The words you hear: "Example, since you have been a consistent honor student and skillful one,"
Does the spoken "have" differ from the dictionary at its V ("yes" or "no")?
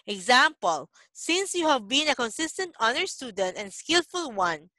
no